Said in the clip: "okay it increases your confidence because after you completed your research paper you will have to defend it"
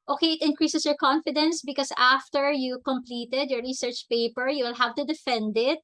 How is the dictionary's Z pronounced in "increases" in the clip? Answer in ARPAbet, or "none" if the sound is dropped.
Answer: S